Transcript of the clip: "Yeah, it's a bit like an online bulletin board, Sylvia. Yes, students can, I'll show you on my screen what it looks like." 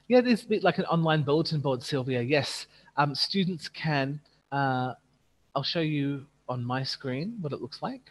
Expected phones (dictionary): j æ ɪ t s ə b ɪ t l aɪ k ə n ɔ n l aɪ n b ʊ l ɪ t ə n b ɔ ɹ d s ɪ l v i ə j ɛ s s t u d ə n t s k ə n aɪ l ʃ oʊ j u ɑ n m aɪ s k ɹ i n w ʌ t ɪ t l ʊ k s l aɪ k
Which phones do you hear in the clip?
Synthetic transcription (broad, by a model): j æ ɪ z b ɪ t l aɪ k ə n ɔ n l aɪ n b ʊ l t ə n b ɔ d s ɪ l v i ə j ɛ s s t u d n t s k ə n aɪ l ʃ oʊ j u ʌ n m aɪ s k ɹ i n w ʌ t ɪ t l ʊ k s l aɪ k